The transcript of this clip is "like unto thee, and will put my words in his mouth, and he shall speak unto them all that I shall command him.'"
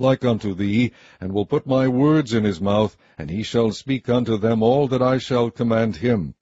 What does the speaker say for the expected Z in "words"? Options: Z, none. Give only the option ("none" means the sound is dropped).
Z